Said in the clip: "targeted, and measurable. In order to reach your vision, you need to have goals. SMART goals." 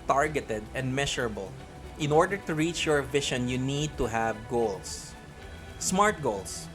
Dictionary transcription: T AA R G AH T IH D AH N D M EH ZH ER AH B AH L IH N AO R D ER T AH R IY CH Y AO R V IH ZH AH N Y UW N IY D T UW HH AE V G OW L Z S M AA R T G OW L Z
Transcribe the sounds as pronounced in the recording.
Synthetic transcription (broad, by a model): T AA R G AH T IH D AH N D M EH SH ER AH B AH L IH N AO R D ER T AH R IY CH Y AO R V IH SH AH N Y UW N IY D T UW HH AE V G OW L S S M AA R T G OW L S